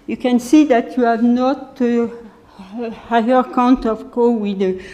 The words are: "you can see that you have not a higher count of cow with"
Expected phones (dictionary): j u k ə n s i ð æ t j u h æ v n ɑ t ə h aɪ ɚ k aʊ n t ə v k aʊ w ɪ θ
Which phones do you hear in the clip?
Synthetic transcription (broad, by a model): j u k ə n s i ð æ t j u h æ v n ɑ t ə h aɪ ɚ k aʊ n t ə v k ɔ w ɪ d